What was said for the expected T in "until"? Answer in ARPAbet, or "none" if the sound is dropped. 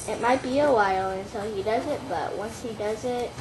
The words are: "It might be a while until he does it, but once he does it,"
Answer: S